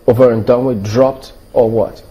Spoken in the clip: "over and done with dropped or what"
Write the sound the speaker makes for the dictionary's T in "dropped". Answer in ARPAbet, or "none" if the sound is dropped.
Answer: T